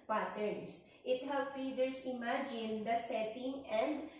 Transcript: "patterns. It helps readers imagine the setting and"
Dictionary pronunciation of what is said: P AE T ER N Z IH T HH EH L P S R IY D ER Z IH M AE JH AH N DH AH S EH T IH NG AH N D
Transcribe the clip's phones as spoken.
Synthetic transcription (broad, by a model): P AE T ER N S IH T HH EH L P R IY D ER S IH M AE JH AH N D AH S EH T IH NG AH N D